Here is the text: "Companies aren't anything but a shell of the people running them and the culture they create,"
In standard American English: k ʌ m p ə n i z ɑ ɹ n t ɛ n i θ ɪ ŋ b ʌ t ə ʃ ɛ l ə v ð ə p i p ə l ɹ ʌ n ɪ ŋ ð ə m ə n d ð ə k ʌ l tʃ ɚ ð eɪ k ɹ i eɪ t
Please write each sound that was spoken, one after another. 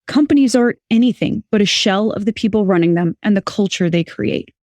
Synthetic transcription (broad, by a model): k ʌ m p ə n i z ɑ ɹ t ɛ n i θ ɪ ŋ b ʌ t ə ʃ ɛ l ə v ð ə p i p l ɹ ʌ n ɪ ŋ ð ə m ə n ð ə k ʌ l tʃ ɚ ð eɪ k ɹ i eɪ t